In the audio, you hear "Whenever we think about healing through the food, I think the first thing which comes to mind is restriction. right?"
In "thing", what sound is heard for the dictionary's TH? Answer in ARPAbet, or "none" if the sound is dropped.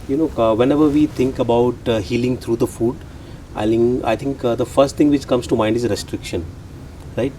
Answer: T